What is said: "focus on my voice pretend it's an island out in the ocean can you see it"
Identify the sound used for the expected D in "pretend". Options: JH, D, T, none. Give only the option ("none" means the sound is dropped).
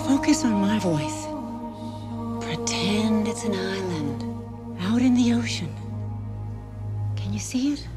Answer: D